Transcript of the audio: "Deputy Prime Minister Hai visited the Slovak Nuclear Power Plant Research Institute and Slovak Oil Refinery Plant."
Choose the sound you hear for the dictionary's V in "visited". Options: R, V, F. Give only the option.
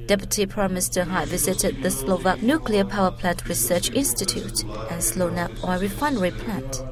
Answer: V